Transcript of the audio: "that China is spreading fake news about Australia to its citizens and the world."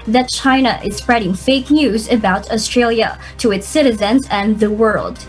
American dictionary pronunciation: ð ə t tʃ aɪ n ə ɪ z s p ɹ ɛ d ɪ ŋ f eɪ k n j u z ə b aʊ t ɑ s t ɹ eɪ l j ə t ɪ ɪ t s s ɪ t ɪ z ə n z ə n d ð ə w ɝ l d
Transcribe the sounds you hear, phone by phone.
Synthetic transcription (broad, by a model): ð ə t tʃ aɪ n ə ɪ z s p ɹ ɛ d ɪ ŋ f eɪ k n j u z ə b aʊ t ɑ s t ɹ eɪ l j ə t ɪ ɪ t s s ɪ t ɪ z ə n z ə n ð ə w ɝ l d